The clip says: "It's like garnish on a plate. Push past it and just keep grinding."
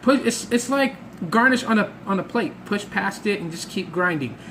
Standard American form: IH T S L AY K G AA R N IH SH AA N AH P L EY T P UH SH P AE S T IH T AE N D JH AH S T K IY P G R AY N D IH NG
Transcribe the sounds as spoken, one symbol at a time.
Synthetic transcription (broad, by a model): IH T S L AY K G AA R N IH SH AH N AH P L EY T P UH SH P AE S T IH T N JH AH S K IY P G R AY N D IH NG